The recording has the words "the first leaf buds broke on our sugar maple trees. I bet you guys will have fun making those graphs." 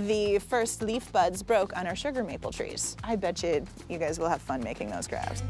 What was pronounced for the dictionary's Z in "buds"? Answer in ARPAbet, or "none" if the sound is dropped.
Z